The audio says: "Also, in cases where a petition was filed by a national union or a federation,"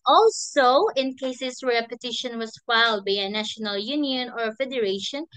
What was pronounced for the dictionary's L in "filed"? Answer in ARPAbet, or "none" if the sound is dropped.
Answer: L